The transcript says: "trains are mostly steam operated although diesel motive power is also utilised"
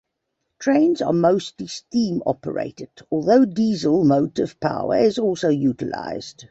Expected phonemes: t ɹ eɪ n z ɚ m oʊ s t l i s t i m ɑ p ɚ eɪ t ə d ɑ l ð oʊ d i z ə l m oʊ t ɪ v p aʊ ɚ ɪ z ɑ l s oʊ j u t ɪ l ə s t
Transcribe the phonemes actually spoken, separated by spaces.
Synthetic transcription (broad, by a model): t ɹ eɪ n z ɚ m oʊ s t l i s t i m ɑ p ɚ eɪ t ə d ɑ l ð oʊ d i z ə l m oʊ t ɪ v p aʊ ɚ ɪ z ɑ l s oʊ j u t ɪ l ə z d